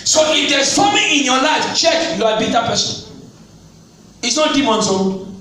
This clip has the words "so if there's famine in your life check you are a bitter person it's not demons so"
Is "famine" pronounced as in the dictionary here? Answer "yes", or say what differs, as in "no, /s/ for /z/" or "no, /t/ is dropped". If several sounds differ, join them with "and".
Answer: no, /n/ is dropped